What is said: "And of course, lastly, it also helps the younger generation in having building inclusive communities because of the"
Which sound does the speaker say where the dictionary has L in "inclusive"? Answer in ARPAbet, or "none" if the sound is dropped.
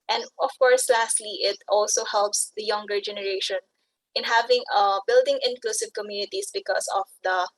L